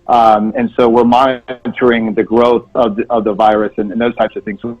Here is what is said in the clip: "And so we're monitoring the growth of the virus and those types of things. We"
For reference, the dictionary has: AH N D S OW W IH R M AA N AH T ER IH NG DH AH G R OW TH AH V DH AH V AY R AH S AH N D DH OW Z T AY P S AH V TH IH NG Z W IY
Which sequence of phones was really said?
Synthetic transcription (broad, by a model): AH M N S OW W IH R M AA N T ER IH NG DH AH G R OW TH AH V DH AH V AY R AH S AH N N DH OW Z T AY P S AH V TH IH NG Z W